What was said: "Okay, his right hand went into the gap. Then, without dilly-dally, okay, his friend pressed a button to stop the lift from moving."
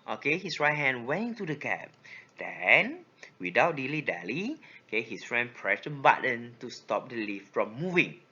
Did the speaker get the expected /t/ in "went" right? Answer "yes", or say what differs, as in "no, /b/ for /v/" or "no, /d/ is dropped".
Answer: no, /t/ is dropped